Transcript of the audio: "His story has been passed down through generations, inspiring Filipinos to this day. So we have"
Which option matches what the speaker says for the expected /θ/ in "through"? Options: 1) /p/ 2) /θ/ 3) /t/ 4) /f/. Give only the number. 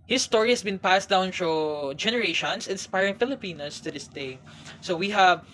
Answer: 4